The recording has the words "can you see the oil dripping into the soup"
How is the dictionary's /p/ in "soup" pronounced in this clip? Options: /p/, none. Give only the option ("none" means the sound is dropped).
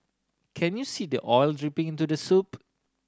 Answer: /p/